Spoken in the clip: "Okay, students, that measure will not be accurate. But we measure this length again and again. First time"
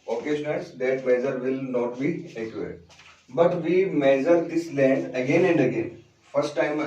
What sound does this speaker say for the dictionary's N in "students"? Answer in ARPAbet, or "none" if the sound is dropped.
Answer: none